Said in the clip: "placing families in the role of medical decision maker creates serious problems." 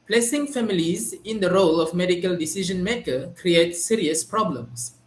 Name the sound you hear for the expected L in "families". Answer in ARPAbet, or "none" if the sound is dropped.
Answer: L